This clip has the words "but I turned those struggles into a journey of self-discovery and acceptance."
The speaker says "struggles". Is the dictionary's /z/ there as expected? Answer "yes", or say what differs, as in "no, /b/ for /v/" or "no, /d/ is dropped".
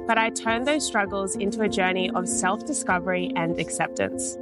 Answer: yes